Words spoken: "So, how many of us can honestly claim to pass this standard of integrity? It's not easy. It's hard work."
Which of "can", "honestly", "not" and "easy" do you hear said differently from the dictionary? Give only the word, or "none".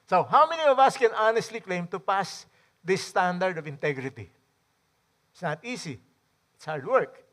easy